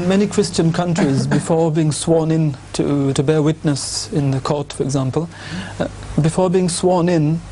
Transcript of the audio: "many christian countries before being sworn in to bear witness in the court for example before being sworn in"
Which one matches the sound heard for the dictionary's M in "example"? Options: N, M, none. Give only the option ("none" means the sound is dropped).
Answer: M